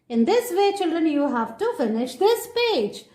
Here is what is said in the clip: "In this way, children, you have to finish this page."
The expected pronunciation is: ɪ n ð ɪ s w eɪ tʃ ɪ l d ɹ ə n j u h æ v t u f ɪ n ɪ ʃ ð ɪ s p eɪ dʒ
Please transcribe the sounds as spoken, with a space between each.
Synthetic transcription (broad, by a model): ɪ n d ɪ s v eɪ tʃ ɪ l d ɹ ə n j u h æ v t u f ɪ n ɪ ʃ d ɪ s p eɪ dʒ